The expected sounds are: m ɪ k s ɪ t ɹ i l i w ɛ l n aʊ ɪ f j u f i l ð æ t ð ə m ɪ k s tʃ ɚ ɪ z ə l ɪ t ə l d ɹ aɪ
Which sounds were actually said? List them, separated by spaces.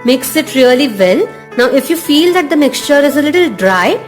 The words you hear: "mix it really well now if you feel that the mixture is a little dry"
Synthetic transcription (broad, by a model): m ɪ k s ɪ t ɹ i l i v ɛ l n aʊ ɪ f j u f i l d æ t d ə m ɪ k s tʃ ɚ ɪ z ə l ɪ t ə l d ɹ aɪ